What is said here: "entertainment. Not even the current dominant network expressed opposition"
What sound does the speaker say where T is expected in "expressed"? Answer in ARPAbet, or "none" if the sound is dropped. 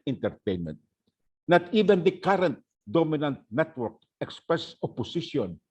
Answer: none